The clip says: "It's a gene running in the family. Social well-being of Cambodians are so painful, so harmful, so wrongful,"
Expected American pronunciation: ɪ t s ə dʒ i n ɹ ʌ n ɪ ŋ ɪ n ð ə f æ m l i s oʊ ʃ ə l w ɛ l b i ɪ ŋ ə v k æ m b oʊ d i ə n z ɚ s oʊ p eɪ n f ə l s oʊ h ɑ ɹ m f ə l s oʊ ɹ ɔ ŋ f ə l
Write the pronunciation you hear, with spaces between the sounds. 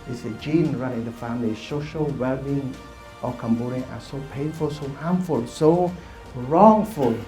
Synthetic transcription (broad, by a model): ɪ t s ə dʒ i n ɹ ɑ ɪ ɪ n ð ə f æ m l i s oʊ ʃ ə l w ɛ l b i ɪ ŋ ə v k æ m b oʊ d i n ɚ s oʊ p eɪ n f ə l s oʊ h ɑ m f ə l s oʊ ɹ ɔ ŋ f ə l